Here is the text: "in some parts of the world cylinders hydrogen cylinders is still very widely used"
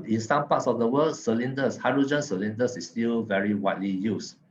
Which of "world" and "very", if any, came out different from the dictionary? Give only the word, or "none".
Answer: world